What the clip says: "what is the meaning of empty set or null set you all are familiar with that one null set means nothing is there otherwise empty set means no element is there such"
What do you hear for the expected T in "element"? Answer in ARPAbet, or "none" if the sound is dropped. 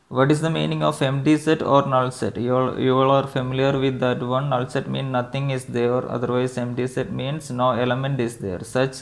T